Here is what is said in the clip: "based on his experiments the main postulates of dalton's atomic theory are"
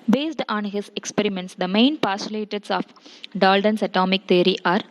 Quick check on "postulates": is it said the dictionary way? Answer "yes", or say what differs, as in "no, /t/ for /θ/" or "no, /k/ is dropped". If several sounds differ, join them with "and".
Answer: no, /tʃ/ is dropped